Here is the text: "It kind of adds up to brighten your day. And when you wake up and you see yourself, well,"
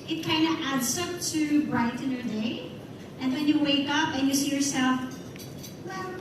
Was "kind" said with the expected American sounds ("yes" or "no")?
yes